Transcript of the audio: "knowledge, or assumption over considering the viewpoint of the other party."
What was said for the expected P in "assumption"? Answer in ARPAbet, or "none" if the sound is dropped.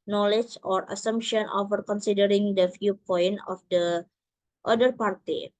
P